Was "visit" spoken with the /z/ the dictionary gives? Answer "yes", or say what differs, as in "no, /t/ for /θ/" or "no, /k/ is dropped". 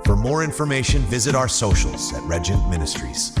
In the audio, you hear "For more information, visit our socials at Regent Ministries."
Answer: yes